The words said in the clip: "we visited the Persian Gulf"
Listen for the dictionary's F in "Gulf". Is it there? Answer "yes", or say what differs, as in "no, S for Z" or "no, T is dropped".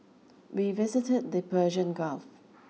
yes